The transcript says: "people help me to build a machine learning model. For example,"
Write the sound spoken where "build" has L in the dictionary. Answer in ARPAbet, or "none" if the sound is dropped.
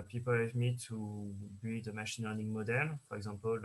none